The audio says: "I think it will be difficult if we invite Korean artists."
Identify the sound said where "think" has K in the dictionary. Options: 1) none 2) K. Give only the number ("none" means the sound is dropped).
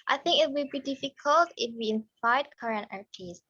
2